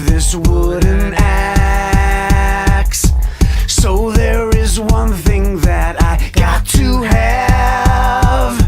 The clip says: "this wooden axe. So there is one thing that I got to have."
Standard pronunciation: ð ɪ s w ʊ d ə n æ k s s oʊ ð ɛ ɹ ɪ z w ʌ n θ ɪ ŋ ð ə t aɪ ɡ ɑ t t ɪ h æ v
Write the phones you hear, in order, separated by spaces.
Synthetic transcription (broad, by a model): ð ɪ s w ʊ d n æ k s s oʊ ð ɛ ɹ ɪ z w ʌ n θ ɪ ŋ ð ə t aɪ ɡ ɑ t t ɪ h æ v